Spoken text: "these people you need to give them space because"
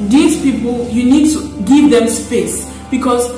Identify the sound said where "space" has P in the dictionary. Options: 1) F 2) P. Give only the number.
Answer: 2